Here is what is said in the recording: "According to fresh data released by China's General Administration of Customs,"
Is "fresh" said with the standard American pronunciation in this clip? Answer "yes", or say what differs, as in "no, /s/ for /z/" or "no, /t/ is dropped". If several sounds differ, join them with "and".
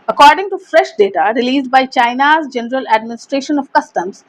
yes